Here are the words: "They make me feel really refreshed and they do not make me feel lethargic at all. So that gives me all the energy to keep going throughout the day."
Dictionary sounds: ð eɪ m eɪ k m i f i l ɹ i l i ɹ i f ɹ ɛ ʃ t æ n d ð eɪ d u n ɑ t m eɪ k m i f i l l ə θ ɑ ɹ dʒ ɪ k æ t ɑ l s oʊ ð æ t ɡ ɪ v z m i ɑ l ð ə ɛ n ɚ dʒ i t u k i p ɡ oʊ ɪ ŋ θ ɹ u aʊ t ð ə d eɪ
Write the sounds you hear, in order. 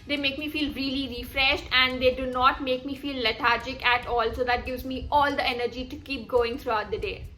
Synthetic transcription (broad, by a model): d eɪ m eɪ k m i f i l ɹ i l i ɹ i f ɹ ɛ ʃ t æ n d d eɪ d u n ɑ t m eɪ k m i f i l l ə t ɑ ɹ dʒ ɪ k æ t ɑ l s oʊ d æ t ɡ ɪ v z m i ɑ l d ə ɛ n ɚ dʒ i t u k i p ɡ oʊ ɪ ŋ t ɹ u aʊ t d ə d eɪ